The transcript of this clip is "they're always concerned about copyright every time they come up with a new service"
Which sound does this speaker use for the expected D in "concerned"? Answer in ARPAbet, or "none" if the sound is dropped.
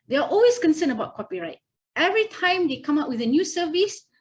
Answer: none